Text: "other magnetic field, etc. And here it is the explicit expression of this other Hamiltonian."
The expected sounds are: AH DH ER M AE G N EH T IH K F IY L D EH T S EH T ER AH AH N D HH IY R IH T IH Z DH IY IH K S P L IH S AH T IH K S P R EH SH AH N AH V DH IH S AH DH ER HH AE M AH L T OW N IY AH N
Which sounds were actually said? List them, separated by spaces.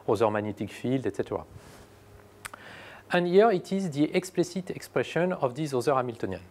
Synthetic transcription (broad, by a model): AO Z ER M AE N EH T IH K F IY L D EH T S EH T ER AH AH N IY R IH T IH Z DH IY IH K S P L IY S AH T IH K S P R EH SH AH N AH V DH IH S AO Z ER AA M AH L T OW N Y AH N